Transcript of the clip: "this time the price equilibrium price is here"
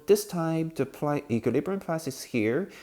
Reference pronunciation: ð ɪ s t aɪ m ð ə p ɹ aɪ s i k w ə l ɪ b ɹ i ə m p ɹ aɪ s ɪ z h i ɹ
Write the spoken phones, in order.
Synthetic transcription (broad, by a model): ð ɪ s t aɪ m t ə p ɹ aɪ i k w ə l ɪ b ɹ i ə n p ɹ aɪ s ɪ s h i ɹ